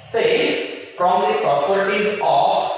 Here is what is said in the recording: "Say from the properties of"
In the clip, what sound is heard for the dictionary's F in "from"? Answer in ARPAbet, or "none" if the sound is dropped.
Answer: P